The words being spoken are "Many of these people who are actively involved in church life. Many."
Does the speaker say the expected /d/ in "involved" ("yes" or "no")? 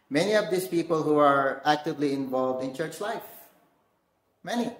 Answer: yes